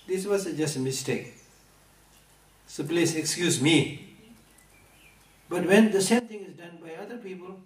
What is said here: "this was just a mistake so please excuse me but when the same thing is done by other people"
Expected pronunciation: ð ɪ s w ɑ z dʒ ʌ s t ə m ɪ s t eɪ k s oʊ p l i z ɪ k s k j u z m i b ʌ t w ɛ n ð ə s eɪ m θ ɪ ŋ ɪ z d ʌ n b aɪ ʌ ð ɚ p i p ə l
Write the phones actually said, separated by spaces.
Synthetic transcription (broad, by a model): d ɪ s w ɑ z dʒ ʌ s t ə m ɪ s t eɪ k s oʊ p l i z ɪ k s k j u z m i b ʌ t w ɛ n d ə s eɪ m t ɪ ŋ ɪ z d ʌ n b aɪ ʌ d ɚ p i p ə l